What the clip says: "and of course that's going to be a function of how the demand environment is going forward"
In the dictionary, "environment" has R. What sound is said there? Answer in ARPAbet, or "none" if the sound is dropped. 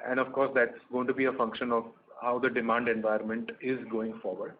none